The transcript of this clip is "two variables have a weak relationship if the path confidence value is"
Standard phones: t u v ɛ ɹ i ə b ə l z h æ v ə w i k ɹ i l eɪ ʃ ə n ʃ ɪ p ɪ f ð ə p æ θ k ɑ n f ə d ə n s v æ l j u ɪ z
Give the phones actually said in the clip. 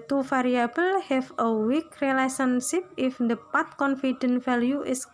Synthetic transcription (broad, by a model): t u f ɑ ɹ i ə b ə l h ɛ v ə w i k ɹ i l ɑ s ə n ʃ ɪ p ɪ f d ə p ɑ t k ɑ n f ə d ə n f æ l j u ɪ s